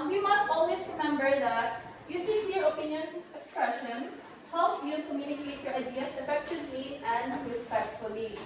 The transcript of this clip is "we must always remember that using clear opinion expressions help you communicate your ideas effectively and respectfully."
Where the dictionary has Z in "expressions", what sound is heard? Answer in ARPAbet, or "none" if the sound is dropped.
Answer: S